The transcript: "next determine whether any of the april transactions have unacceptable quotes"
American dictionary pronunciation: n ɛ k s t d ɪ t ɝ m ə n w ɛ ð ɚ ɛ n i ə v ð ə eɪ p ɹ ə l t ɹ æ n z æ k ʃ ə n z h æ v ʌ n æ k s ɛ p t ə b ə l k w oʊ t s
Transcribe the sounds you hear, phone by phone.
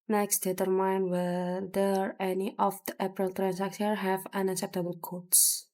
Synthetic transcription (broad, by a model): n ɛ k s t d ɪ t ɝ m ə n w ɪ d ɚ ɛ n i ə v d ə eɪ p ɹ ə l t ɹ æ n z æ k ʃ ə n h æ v ʌ n æ k s ɛ p t ə b ə l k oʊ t s